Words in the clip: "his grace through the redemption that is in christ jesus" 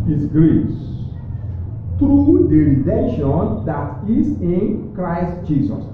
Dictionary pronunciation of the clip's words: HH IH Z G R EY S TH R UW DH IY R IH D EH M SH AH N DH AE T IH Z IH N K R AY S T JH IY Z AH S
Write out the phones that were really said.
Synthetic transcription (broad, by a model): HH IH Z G R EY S T R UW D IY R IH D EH SH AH N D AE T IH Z IH N K R AY S T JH IY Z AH S